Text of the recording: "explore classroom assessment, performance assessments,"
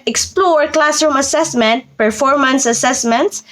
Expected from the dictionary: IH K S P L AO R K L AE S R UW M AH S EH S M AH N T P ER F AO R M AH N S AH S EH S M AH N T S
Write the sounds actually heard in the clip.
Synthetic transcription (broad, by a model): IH K S P L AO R K L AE S R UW M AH S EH S M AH N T P ER F AO R M AH N S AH S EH S M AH N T S